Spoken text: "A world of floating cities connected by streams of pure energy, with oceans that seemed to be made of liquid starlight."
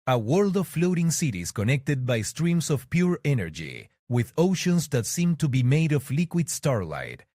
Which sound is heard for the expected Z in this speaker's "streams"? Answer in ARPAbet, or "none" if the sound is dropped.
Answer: S